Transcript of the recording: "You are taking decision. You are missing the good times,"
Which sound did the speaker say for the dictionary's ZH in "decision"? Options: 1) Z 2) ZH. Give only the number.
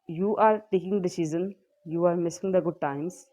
1